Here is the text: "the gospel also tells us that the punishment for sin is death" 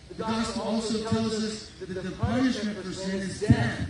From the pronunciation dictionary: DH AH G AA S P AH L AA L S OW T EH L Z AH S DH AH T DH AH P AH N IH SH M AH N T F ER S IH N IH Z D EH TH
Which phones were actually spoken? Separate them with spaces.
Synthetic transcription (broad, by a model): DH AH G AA S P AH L AA L S OW T EH L Z AH S DH AH T DH AH P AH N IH SH M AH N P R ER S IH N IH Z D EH